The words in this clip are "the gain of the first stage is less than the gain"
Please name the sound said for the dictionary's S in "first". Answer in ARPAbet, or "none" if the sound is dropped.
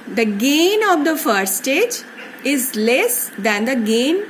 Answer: none